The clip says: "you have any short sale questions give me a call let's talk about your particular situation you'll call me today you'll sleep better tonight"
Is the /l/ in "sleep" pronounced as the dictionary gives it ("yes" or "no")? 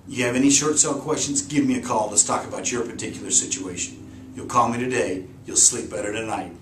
yes